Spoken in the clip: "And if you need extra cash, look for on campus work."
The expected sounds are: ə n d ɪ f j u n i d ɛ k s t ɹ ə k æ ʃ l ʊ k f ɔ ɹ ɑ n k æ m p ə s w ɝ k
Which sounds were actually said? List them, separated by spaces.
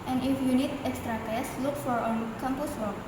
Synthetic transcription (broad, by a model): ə n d ɪ f j u n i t ɛ k s t ɹ ə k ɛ s l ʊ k f ɔ ɹ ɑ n k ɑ m p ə s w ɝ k